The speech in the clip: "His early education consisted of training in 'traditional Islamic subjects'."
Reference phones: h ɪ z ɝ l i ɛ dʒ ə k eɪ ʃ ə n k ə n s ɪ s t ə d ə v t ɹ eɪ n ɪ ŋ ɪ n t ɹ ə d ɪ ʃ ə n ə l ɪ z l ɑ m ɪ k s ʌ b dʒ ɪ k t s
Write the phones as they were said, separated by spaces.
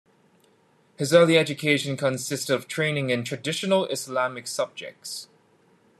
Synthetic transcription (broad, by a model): h ɪ z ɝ l i ɛ dʒ ə k eɪ ʃ ə n k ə n s ɪ s t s ə v t ɹ eɪ n ɪ ŋ ɪ n t ɹ ə d ɪ ʃ ə n ə l ɪ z l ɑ m ɪ k s ʌ b dʒ ɪ k t s